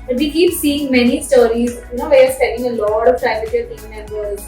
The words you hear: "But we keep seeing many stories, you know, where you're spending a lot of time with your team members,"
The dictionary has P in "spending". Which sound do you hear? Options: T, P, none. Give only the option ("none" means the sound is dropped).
none